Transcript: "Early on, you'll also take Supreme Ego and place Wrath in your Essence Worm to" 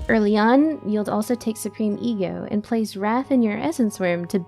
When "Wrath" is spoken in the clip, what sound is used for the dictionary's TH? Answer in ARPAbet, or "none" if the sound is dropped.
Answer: TH